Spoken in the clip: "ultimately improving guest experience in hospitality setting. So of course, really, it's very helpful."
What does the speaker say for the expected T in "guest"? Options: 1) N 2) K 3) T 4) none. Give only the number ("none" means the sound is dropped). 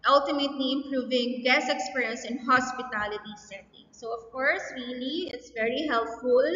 4